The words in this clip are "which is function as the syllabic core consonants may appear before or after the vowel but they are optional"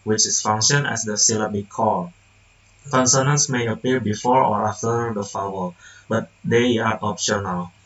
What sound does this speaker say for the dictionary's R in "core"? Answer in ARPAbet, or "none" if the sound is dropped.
L